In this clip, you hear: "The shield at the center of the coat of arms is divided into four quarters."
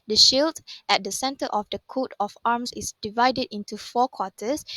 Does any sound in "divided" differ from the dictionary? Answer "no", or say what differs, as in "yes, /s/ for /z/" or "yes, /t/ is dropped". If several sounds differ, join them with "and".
no